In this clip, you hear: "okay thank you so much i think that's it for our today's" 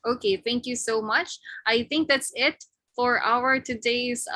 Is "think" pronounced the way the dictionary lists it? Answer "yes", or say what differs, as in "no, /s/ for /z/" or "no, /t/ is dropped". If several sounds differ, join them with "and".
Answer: yes